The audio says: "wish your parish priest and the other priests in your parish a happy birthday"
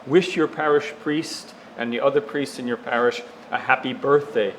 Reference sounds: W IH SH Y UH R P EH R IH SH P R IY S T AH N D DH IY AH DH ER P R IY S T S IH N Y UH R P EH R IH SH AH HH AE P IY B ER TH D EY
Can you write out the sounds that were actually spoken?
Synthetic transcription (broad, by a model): W IH SH Y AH R P EH R IH SH P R IY S T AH N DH IY AH DH ER P R IY S T S IH N Y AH R P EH R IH SH AH HH AE P IY B ER TH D EY